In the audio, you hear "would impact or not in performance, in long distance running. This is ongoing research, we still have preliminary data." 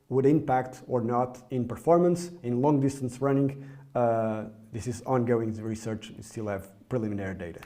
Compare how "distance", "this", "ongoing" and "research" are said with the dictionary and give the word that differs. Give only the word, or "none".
none